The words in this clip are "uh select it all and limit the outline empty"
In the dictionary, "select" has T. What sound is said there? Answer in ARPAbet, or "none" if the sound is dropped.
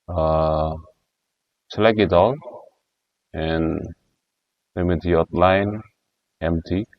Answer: none